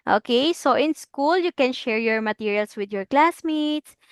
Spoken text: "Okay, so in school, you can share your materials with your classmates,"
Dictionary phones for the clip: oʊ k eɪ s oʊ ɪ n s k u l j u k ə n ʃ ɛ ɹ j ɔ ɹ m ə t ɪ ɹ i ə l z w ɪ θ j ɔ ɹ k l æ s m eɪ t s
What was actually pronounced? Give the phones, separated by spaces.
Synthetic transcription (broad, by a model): oʊ k eɪ s oʊ ɪ n s k u l j u k ə n ʃ ɛ ɹ j ɔ ɹ m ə t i ɹ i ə l s w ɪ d j ɔ ɹ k l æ s m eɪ t s